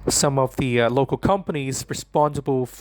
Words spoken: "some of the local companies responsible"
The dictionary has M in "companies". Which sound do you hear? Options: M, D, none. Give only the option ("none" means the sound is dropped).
M